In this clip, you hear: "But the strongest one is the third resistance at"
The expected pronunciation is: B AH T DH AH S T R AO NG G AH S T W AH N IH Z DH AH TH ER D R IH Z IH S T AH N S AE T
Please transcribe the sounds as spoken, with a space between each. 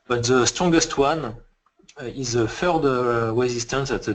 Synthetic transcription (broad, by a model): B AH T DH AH S T R AO NG G AH S T W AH N IH Z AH F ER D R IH Z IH S T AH N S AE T